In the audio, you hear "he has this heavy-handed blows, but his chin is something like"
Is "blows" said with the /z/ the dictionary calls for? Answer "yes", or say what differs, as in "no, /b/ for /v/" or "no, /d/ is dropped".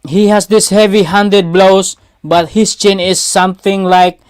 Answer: no, /s/ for /z/